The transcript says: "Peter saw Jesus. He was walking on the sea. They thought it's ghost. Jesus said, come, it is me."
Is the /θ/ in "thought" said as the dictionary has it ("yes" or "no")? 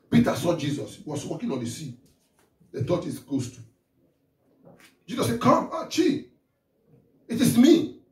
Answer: no